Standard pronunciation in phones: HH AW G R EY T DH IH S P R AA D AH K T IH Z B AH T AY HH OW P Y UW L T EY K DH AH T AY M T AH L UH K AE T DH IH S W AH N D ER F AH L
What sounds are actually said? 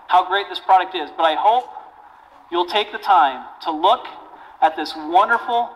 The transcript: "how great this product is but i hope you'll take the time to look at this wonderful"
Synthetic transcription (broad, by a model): HH AW G R EY T DH IH S P R AA D AH K T IH Z B AH T AY HH OW P Y UW L T EY K DH AH T AY M T AH L UH K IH T DH IH S W AH N D ER F L